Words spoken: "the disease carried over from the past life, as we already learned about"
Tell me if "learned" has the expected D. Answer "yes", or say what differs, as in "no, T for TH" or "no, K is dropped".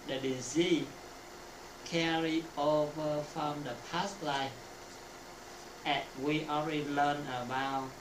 no, D is dropped